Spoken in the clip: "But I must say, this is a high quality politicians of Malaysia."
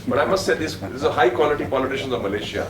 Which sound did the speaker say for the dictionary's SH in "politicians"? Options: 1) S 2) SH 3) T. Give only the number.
2